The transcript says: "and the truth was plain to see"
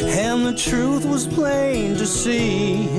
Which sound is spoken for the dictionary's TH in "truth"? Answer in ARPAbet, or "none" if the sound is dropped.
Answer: TH